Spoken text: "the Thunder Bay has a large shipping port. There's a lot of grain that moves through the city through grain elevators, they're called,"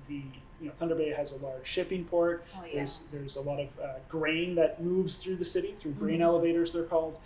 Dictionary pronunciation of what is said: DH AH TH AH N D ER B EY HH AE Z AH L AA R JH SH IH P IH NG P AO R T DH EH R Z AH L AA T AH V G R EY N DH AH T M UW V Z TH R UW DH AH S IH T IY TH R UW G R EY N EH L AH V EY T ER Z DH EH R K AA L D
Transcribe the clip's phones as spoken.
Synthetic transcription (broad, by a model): DH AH TH AH N D ER B EY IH Z AH L AA R JH SH IH P IH NG P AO R T DH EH R Z AH L AA T AH V G R EY N DH AH T M UW V Z TH R UW DH AH S IH T IY TH R UW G R EY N EH L AH V EY T ER Z DH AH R K AA L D